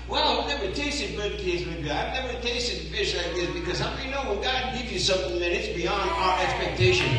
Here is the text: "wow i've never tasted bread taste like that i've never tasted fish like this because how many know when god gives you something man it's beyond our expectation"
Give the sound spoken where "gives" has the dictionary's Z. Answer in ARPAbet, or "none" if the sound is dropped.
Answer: none